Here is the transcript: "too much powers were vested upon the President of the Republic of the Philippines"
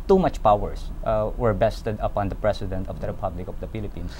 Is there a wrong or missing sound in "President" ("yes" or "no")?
yes